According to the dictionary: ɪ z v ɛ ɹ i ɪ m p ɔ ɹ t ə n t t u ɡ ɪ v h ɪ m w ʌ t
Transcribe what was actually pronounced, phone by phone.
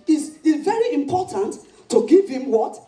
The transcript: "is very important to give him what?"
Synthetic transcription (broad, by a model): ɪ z v ɛ ɹ i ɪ m p ɔ t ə n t t u ɡ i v h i m w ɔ t